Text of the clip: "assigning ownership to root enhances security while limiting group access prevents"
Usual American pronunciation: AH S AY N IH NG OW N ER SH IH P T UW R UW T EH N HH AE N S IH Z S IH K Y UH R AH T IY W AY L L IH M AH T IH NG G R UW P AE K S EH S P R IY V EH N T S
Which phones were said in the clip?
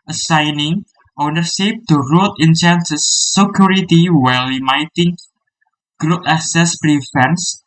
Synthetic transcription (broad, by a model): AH S AY N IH NG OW N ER S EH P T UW R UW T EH N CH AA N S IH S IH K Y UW R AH T IY W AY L L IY M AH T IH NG G R UW P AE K S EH S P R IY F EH N S